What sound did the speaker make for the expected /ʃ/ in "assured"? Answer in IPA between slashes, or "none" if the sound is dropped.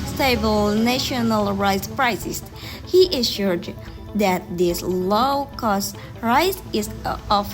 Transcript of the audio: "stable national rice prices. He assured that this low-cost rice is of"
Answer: /ʃ/